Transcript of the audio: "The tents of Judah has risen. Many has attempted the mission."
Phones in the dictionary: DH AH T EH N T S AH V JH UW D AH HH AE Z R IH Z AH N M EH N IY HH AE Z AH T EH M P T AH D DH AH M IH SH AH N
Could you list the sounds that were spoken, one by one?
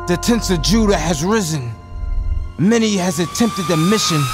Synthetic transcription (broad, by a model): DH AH T EH N T S AH V JH UW D AH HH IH Z R IH Z AH N M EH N IY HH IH Z AH T EH M P T AH D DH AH M IH SH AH N